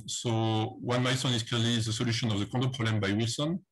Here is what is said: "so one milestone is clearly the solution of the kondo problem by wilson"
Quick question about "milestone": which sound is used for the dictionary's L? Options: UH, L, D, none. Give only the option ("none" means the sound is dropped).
none